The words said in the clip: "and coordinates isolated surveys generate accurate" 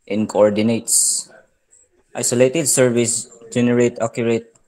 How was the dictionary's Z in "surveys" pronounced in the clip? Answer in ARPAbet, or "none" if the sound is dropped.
S